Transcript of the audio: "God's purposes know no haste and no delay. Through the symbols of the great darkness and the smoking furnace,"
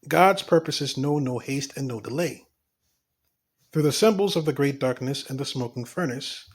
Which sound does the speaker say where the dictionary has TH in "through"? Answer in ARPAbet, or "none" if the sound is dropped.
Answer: TH